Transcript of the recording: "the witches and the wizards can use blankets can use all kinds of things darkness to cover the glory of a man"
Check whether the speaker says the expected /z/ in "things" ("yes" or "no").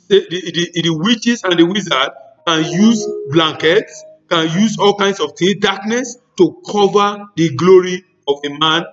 no